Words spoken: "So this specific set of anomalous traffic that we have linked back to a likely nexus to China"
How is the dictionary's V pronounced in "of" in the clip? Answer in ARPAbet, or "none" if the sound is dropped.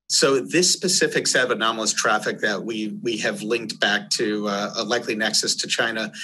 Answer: V